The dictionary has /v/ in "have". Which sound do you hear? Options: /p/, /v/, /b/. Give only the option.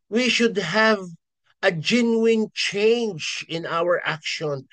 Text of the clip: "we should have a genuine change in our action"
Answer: /v/